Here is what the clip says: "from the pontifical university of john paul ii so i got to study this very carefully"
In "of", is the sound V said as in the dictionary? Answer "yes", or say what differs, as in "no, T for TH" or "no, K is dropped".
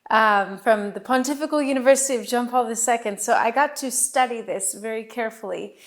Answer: yes